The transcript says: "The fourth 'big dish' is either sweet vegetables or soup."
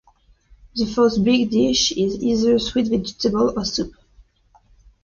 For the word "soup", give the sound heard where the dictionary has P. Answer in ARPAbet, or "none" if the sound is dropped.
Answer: P